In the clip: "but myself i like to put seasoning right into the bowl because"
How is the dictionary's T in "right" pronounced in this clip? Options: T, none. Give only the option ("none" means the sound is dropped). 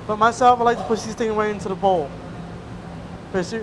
none